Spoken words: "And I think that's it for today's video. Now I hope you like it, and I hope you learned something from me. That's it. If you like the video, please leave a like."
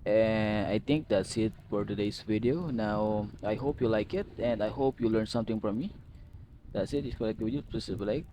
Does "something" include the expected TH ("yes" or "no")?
no